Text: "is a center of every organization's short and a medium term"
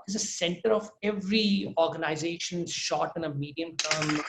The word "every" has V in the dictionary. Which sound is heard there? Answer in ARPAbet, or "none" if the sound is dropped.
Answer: V